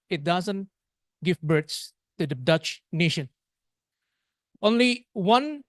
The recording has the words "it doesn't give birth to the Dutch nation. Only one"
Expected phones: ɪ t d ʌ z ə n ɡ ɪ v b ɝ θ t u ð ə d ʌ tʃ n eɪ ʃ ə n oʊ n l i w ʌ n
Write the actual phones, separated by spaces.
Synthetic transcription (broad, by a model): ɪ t d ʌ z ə n ɡ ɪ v b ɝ s t u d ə d ʌ tʃ n eɪ ʃ ə n oʊ n l i w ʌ n